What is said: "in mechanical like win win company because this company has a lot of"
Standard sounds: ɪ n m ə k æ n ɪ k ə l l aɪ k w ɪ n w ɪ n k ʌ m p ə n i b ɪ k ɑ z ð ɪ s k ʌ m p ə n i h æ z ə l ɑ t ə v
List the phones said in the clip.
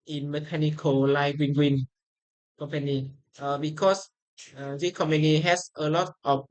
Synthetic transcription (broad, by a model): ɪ n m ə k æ n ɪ k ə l l aɪ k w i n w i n k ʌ m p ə n i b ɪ k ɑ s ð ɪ k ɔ m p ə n i h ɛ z ə l ɑ t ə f